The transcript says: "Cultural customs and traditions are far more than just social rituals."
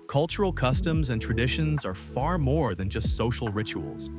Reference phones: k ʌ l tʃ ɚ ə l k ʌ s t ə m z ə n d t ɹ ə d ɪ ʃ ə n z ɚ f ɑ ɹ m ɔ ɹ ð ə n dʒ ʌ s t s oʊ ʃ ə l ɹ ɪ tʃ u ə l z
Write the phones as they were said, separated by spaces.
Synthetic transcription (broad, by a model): k ʌ l tʃ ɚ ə l k ʌ s t ə m z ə n t ɹ ə d ɪ ʃ ə n z ɚ f ɑ ɹ m ɔ ɹ ð ə n dʒ ʌ s t s oʊ ʃ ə l ɹ ɪ tʃ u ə l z